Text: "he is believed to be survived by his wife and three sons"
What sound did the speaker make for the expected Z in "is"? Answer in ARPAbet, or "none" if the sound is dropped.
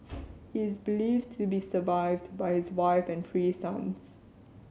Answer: Z